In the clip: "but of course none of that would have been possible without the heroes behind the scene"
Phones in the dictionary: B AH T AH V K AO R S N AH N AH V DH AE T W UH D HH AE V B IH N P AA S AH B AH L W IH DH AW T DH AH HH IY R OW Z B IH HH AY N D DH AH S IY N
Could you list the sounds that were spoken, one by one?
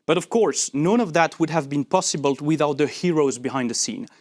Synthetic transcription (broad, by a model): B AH T AH V K AO R S N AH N AH V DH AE T W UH D HH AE V B IH N P AA S AH B AH L W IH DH AW T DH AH HH IY R OW Z B IH HH AY N D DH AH S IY N